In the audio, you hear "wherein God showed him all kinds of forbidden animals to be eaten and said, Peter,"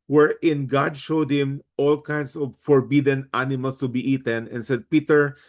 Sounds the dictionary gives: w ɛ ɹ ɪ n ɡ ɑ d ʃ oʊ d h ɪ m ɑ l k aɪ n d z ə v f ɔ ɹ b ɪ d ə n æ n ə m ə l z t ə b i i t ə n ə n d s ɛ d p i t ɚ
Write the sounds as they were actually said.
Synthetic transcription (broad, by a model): w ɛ ɹ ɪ n ɡ ɑ d ʃ oʊ d h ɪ m ɑ l k aɪ n d s ə v f ɔ ɹ b ɪ d ə n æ n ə m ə l s t ə b i i t ə n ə n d s ɛ d p i t ɚ